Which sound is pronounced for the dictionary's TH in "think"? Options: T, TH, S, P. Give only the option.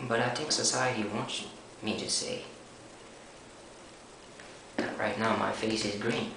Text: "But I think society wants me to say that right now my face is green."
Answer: T